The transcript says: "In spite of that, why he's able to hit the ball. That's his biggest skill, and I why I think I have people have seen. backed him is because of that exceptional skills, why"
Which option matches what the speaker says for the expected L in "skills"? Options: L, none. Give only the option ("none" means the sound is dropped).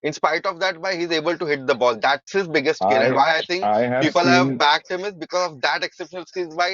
none